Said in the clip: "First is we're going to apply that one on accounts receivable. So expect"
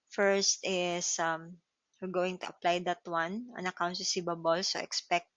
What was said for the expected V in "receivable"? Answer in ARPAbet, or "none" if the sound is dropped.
B